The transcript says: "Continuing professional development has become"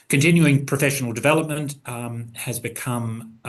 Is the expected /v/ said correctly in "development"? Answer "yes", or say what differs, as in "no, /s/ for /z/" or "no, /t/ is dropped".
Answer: yes